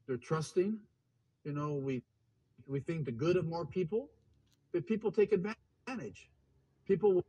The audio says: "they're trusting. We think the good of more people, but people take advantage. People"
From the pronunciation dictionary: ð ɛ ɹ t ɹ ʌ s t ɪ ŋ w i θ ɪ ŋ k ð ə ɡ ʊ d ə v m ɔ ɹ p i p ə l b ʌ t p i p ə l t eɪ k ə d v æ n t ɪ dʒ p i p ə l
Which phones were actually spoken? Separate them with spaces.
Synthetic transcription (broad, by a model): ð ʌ ɹ t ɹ ʌ s t ɪ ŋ w i θ ɪ ŋ k ð ə ɡ ʊ d ə v m ɔ ɹ p i p l b ʌ t p i p l t eɪ k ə d v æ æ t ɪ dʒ p i p l